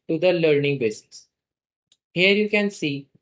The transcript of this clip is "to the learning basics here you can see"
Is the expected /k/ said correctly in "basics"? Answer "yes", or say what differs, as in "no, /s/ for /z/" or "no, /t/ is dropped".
no, /k/ is dropped